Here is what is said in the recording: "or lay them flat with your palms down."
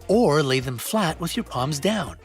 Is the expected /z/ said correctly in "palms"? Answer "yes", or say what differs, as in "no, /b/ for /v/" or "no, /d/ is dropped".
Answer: yes